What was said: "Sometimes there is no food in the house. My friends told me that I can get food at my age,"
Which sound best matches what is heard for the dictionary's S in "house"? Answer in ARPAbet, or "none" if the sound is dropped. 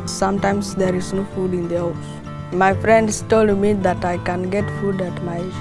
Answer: none